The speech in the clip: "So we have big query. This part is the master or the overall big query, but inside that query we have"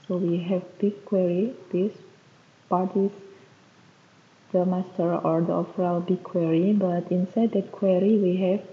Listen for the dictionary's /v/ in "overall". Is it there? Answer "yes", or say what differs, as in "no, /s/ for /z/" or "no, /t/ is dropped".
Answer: no, /f/ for /v/